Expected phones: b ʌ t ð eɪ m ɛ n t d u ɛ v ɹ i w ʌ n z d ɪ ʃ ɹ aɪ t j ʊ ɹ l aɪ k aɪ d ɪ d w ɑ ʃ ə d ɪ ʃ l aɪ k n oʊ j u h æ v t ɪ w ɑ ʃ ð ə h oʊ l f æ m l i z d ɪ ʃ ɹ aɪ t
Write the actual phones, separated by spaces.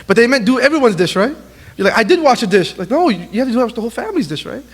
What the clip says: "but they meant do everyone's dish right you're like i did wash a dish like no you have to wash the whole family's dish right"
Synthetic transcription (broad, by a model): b ʌ t ð eɪ m ɛ n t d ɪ ɛ v ɹ i w ʌ n z d ɪ ʃ ɹ aɪ t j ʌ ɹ l aɪ k aɪ d ɪ d w ɑ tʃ ə d ɪ ʃ l aɪ k n oʊ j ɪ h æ f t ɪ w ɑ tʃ ð ə h oʊ l f æ m l i z d ɪ ʃ ɹ aɪ t